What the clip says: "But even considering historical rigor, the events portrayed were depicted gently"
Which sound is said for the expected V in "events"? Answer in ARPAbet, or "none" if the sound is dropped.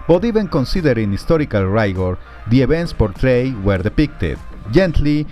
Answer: B